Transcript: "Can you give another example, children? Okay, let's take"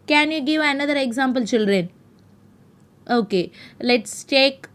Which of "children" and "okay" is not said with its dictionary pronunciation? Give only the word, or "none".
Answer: none